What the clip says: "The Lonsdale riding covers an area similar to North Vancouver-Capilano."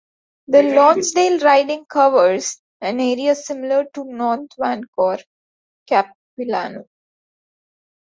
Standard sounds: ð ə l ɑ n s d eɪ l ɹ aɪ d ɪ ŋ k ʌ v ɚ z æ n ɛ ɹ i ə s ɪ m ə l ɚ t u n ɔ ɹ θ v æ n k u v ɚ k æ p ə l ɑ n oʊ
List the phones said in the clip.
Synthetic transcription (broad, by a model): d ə l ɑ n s d eɪ l ɹ aɪ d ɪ ŋ k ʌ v ɚ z æ n ɛ ɹ i ə s ɪ m ə l ɚ t u n ɔ ɹ t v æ n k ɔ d k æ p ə l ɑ n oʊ